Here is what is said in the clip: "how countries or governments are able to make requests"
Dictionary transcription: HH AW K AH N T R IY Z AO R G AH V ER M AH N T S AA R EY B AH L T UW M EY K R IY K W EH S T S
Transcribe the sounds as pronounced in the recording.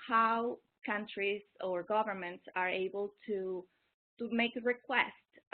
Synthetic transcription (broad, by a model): HH AW K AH N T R IY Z AO R G AH V ER M AH N T S AA R EY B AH L T UW M EY K R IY K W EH S T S